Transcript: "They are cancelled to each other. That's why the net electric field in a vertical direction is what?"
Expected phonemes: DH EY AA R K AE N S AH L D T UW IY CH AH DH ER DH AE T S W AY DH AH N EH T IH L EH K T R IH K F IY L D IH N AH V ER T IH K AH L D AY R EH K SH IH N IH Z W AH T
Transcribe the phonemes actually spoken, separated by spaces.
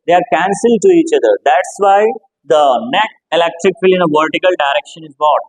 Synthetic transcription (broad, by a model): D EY AA R K AE N S AH L D T UW IY CH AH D ER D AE T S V AY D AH N EH T IH L EH K T R IH K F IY L IH N AH V ER T IH K AH L D AY R EH K SH IH N IH Z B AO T